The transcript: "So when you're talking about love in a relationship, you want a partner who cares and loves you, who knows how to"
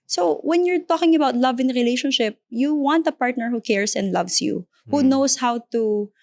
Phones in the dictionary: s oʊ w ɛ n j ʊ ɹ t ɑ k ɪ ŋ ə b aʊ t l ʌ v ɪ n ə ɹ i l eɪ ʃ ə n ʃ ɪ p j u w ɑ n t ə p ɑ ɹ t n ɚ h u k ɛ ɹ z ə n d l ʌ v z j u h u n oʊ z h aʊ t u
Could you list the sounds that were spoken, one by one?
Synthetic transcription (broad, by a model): s oʊ w ɛ n j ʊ ɹ t ɑ k ɪ ŋ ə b aʊ t l ʌ v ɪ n ɹ i l eɪ ʃ ə n ʃ ɪ p j u w ɑ n t ə p ɑ ɹ t n ɚ h u k ɛ ɹ s ə n d l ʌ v s j u h u n oʊ s h aʊ t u